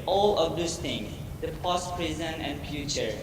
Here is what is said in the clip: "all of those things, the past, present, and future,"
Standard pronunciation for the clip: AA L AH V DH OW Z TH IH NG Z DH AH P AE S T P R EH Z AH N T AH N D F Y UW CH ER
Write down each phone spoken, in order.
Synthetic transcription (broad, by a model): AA L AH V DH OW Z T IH NG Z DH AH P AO S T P R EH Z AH N AH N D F Y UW CH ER